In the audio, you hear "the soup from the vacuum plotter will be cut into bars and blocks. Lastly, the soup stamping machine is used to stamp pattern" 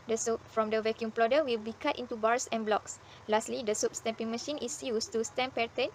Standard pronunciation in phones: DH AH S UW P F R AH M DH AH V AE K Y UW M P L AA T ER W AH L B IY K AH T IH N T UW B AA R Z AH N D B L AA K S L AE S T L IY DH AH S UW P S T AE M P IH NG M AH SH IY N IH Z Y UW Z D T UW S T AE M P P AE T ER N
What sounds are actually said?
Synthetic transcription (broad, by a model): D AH S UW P F R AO M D AH V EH K Y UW M P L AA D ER W AH L B IY K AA T IH N T UW B AA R S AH N B L AA K S L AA S T L IY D AH S UW P S T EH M P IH NG M AH SH IY N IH S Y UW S T UW S T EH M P P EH T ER N